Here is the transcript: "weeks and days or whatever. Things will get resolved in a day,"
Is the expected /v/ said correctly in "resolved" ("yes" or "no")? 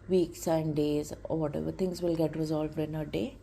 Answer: yes